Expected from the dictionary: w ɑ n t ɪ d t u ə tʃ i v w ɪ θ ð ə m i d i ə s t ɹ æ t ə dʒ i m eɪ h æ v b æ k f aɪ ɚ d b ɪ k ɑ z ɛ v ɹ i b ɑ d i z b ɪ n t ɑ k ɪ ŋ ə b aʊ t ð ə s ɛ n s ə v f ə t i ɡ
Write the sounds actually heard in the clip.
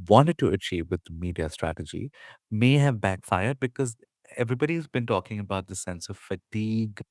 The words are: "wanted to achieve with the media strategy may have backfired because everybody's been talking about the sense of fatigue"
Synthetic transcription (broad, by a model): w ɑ n t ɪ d t u ə tʃ i v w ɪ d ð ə m i d i ə s t ɹ æ t ə dʒ i m eɪ h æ v b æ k f aɪ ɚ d b ɪ k ɑ z ɛ v ɹ i b ɑ d i z b ɪ n t ɑ k ɪ ŋ ə b aʊ t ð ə s ɛ n s ə v f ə t i ɡ